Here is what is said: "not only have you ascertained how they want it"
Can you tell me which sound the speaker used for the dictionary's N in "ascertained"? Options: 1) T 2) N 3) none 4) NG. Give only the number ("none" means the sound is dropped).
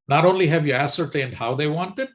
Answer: 2